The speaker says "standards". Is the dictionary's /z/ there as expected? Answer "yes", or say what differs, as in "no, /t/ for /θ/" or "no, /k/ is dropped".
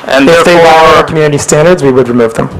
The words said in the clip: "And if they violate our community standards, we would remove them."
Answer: yes